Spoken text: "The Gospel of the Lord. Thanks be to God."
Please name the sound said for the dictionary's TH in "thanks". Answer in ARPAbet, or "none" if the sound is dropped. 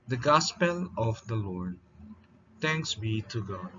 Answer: T